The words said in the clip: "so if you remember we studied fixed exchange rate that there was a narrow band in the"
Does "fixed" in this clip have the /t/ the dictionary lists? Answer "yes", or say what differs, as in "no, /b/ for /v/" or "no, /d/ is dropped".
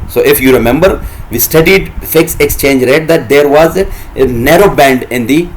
no, /t/ is dropped